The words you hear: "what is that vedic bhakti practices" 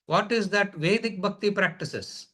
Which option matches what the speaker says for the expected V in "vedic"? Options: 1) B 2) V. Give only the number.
2